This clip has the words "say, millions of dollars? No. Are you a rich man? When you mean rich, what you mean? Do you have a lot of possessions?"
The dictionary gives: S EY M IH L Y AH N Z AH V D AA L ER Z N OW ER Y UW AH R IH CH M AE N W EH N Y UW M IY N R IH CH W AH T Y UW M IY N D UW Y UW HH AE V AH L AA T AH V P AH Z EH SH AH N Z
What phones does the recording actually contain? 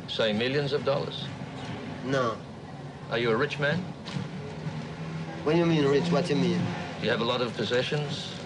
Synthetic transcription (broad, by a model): S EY M IH L Y AH N Z AH V D AA L ER Z N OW ER Y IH AH R IH CH M AE N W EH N Y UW M IY N R IH CH W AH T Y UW M IY N Y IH V AH L AA T AH V P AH Z EH SH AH N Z